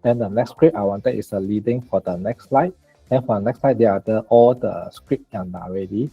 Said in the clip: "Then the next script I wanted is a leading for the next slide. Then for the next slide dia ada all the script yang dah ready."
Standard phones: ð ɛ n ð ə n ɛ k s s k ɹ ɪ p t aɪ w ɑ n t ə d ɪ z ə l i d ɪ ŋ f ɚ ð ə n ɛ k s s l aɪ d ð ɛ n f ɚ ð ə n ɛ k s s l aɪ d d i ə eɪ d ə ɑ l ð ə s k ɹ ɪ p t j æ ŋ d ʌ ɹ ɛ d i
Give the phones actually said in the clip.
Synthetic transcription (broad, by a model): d ɛ n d ə n ɛ k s s k ɹ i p aɪ w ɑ n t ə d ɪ s ə l i d ɪ ŋ f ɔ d ə n ɛ k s s l aɪ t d ɛ n f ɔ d ə n ɛ k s s l aɪ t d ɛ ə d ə ɑ l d ə s k ɹ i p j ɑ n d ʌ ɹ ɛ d i